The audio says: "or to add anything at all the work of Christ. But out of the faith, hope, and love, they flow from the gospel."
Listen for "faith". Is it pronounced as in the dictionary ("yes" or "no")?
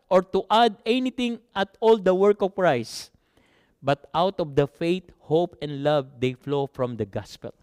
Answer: no